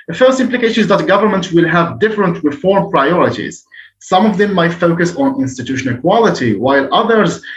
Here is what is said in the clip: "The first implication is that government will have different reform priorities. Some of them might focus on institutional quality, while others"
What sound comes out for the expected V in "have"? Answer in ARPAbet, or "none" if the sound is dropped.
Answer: V